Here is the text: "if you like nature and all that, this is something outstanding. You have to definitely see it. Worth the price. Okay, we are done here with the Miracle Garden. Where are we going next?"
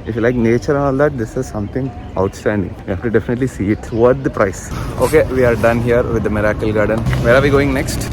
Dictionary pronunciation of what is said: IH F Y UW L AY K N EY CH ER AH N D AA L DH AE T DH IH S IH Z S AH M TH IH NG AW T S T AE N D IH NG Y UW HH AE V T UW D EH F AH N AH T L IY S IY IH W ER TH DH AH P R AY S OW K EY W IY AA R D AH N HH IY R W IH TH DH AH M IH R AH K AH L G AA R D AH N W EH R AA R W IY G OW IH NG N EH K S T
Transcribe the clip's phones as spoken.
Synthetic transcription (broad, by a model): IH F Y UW L AY K N EY CH ER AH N AA L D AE T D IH S IH Z S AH M T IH NG AW T S T AE N D IH NG Y UW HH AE F T UW D EH F AH N AH T L IY S IY IH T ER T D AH P R AY S OW K EY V IY AA R D AH N HH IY R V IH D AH M IH R AH K AH L G AA R D AH N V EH R AA R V IY G OW IH NG N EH K S T